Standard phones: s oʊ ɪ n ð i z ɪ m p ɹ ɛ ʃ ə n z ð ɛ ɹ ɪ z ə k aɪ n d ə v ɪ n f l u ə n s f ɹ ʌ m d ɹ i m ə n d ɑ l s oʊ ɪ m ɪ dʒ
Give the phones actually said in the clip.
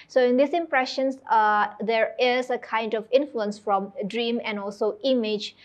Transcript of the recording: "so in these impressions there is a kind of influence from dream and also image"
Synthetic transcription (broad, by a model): s oʊ ɪ n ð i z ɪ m p ɹ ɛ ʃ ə n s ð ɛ ɹ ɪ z ə k aɪ n d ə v ɪ n f l u ə n s f ɹ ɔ m d ɹ i m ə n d ɑ l s oʊ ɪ m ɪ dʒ